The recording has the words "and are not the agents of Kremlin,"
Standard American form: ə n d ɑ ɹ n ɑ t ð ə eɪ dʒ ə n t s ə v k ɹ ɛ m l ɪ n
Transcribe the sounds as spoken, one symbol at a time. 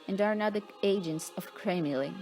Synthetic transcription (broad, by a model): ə n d ɑ ɹ n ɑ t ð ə eɪ dʒ ə n t s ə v k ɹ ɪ m l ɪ